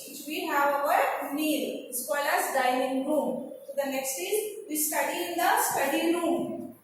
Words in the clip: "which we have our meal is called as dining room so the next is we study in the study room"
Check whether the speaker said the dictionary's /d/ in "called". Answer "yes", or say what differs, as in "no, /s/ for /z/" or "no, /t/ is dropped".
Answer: no, /d/ is dropped